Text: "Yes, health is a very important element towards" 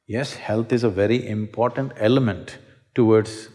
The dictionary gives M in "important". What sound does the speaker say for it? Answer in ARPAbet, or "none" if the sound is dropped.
M